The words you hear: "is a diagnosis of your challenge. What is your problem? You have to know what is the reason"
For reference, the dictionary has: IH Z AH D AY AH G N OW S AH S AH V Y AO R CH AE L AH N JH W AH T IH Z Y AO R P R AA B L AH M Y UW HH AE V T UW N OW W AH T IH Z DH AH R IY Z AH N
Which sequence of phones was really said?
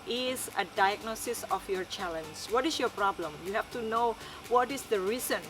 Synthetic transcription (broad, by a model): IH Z AH D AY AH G N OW S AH S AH F Y AO R CH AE L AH N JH W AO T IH S Y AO P R AA B L AH M Y UW HH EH F T UW N OW W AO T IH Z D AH R IY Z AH N